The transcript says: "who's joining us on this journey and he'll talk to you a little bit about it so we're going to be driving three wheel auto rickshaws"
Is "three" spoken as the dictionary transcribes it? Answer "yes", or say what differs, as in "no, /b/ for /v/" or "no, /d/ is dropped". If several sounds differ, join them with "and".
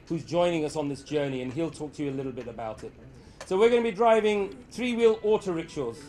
yes